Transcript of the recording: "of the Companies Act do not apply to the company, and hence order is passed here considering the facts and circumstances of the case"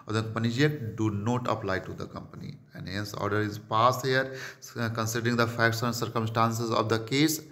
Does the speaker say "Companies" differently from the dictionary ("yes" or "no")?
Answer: yes